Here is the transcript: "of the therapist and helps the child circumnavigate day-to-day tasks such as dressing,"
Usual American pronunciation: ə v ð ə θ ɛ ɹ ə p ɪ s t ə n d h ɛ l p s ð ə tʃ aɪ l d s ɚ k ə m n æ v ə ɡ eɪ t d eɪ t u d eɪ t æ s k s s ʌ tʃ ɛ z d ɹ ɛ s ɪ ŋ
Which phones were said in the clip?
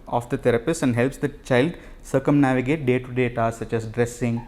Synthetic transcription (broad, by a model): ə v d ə t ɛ ɹ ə p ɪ s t ə n d h ɛ l p s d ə tʃ aɪ l d s ɚ k ə m n æ v ə ɡ eɪ t d eɪ t u d eɪ t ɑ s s s ʌ tʃ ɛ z d ɹ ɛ s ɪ ŋ